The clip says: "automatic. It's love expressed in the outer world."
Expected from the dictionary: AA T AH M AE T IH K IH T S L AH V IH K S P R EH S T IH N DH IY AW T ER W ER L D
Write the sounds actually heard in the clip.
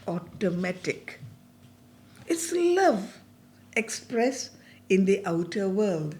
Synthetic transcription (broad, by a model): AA T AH M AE T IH K IH T S L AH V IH K S P R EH S IH N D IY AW T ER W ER L D